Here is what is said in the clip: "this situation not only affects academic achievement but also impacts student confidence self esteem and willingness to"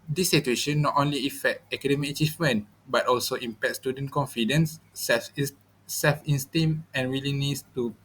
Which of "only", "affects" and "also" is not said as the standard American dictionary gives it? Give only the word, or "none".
affects